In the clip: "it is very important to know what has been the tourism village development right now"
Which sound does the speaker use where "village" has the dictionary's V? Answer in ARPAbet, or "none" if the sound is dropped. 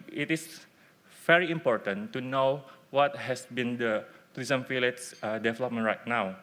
F